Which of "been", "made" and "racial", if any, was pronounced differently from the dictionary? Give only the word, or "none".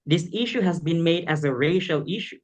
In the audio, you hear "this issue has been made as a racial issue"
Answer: none